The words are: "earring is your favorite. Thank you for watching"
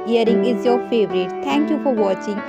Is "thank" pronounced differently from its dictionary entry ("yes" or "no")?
yes